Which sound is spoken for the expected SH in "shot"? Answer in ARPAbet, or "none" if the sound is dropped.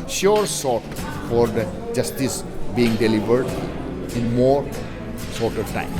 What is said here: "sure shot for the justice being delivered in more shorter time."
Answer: S